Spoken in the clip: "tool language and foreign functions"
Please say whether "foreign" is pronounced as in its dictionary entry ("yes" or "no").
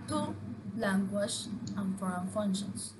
yes